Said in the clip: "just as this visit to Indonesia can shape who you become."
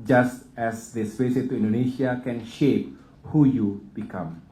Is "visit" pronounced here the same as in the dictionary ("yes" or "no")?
no